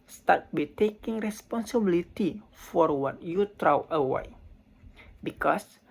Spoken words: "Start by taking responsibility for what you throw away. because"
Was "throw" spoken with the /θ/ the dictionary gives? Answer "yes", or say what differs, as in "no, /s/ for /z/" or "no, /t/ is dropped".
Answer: no, /t/ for /θ/